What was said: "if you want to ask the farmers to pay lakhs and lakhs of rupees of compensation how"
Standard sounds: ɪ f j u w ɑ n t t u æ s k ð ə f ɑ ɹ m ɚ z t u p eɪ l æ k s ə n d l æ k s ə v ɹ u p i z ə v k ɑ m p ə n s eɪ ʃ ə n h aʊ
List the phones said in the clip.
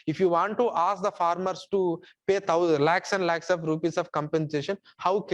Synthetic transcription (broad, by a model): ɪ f j u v ɑ n t t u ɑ s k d ə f ɑ ɹ m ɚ s t u p eɪ l æ k s ə n d l æ k s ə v ɹ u p i s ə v k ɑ m p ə n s eɪ ʃ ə n h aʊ